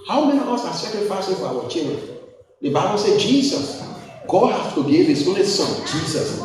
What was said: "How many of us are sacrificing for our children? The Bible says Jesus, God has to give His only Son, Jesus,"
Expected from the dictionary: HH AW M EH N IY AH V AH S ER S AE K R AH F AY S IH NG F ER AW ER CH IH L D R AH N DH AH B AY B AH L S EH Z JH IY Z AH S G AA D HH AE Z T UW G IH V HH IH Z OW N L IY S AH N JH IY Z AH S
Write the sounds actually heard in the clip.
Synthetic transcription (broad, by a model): HH AW M EH N IY AH V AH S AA S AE K R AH F AY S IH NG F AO AW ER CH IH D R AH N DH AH B AY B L S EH JH IY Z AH S G AA D HH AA S T UW G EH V HH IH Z OW N L IY S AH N JH IY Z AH S